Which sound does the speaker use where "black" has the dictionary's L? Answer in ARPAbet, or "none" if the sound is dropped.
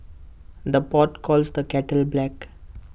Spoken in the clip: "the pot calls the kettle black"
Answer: L